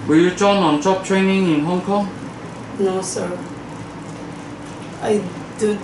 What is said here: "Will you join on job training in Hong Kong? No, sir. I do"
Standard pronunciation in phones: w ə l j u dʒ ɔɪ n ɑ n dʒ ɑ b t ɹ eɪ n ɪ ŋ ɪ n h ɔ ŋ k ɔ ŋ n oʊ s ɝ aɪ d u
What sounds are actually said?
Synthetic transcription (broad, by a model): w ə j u tʃ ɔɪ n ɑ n tʃ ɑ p t ɹ eɪ n ɪ ŋ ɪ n h ɔ ŋ k ɔ ŋ n oʊ s ɝ aɪ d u